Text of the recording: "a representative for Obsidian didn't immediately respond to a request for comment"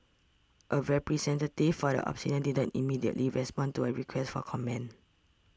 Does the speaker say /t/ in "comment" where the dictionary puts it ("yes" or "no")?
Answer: no